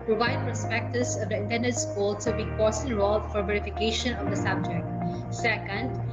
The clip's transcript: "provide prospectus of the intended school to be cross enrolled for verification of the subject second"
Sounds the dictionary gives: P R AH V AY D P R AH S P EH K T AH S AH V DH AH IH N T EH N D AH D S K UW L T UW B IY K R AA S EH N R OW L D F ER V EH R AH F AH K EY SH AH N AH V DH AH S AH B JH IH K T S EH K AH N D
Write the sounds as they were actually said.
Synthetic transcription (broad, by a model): P R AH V AY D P R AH S P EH K T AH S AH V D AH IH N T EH N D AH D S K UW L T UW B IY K AA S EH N R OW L F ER V EH R AH F AH K EY SH AH N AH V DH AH S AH B JH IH K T S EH K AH N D